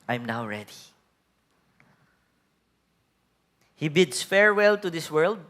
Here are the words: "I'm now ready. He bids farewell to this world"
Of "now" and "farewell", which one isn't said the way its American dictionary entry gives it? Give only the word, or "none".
none